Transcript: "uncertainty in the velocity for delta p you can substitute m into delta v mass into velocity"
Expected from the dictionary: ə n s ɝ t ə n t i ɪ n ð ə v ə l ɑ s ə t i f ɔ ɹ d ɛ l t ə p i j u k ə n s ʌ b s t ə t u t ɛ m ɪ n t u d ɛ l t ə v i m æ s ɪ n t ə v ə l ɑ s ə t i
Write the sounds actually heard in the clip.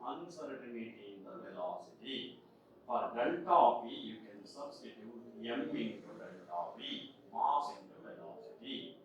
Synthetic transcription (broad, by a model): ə n s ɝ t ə n t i ɪ n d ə v ə l ɑ s ə t i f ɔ ɹ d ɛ n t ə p i j u k ə n s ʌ b s t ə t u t ɛ m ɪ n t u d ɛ n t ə p i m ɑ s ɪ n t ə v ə l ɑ s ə t i